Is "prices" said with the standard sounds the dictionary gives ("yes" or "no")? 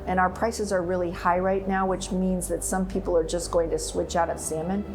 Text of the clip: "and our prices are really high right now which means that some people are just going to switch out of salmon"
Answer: yes